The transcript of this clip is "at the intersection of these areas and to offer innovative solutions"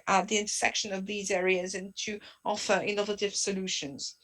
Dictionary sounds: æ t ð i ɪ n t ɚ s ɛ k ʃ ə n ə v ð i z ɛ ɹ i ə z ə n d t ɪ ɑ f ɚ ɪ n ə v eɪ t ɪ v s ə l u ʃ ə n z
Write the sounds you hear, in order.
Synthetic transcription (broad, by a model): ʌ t ð i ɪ n t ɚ s ɛ k ʃ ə n ə v ð i z ɛ ɹ i ə z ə n t ɪ ɑ f ɚ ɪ n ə v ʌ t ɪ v s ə l u ʃ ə n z